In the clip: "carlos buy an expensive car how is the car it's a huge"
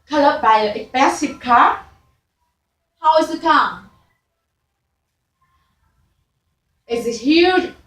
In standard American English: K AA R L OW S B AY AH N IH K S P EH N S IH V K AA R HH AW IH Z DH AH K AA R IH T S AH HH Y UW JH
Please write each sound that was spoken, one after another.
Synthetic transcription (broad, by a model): K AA L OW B AY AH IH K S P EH S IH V K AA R HH AW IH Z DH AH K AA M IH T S AH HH Y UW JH